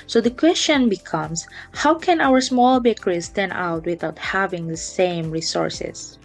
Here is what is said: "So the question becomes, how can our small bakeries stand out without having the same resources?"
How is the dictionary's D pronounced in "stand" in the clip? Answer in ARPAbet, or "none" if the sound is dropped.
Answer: none